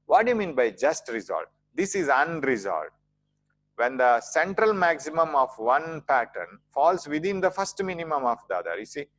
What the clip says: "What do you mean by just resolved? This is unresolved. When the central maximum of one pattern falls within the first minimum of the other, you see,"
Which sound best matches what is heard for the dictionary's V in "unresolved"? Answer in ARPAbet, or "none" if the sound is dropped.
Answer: none